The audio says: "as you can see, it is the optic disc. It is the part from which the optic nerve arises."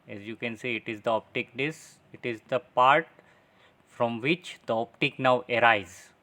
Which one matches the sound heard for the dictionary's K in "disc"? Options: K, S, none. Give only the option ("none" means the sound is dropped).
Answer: none